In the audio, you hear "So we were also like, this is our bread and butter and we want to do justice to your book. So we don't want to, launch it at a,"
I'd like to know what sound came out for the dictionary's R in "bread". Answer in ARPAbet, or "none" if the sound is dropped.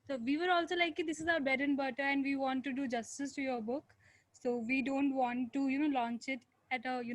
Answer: none